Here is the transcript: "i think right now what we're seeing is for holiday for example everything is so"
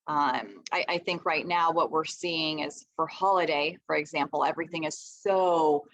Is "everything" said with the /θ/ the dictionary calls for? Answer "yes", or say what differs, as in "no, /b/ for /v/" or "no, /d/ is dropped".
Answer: yes